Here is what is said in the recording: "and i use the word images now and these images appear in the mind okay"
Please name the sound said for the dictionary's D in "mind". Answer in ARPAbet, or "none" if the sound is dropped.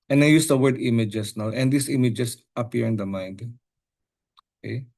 D